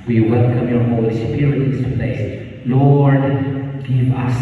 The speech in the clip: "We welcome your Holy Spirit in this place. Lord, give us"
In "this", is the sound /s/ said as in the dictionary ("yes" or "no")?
no